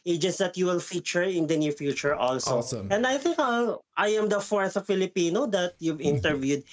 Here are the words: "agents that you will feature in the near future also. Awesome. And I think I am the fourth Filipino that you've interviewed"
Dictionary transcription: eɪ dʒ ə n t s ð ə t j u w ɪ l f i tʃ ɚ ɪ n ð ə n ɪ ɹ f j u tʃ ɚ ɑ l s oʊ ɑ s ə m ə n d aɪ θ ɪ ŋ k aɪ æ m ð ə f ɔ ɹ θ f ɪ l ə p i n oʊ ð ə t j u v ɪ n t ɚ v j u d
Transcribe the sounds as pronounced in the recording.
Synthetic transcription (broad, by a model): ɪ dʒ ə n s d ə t j u w ɪ l f i tʃ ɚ ɪ n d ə n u f j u tʃ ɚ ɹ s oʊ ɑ s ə ə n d aɪ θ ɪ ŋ k aɪ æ m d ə f ɔ ɹ θ f ɪ l ə p i n oʊ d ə t j u v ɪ n t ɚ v j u d